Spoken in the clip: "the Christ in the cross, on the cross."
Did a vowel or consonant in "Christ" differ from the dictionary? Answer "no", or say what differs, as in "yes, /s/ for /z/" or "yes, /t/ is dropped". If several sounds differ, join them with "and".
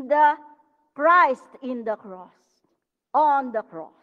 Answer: no